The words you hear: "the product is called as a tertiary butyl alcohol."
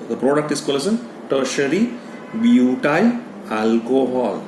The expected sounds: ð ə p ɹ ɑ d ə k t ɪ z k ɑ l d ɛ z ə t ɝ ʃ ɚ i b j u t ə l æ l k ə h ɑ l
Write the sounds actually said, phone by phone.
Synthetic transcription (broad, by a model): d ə p ɹ ɑ d ə k t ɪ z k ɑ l ɛ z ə t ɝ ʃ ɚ i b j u t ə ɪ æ l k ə h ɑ l